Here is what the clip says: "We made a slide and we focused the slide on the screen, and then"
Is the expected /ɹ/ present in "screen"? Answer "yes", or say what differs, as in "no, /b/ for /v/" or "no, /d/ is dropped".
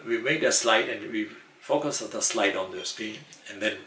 no, /ɹ/ is dropped